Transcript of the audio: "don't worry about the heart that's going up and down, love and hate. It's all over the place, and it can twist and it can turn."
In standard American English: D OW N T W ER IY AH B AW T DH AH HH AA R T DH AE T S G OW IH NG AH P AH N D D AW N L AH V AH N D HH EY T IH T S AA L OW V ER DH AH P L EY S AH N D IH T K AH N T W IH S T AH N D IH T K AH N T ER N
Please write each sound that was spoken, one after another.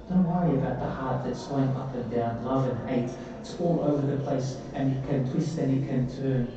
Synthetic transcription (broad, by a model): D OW N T W ER IY AH B AW T DH AH HH AA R T DH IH T S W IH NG AH P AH N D D AW N L AH V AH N HH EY IH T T AA L OW V ER DH AH P L EY S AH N IH T K AH N T W IH S T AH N IH T K AH N T ER N